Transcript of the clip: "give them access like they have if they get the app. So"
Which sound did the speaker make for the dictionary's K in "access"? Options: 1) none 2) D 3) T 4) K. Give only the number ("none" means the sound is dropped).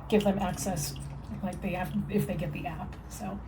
4